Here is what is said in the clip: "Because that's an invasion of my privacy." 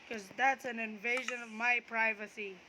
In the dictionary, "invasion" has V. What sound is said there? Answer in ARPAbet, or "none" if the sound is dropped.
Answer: V